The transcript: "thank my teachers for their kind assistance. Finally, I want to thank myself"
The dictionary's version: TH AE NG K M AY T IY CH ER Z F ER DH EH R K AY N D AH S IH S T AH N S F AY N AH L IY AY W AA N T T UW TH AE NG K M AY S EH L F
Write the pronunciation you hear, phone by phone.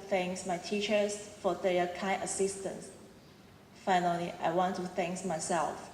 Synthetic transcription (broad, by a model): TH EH NG K M AY T IY CH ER S F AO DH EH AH K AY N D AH S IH S T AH N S F AY N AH L IY AY W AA N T T UW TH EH NG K M AY S EH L F